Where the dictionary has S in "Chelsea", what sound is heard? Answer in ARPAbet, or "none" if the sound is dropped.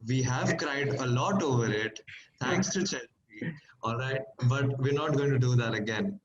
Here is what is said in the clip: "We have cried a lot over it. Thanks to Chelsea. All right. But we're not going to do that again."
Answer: none